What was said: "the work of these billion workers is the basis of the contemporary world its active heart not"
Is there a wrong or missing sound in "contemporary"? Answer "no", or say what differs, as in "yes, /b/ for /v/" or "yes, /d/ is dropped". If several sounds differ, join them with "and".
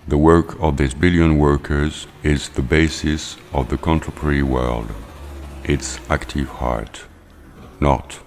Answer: yes, /m/ is dropped